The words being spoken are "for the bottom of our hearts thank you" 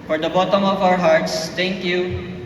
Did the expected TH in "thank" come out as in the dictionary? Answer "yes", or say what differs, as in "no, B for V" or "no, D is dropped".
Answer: no, T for TH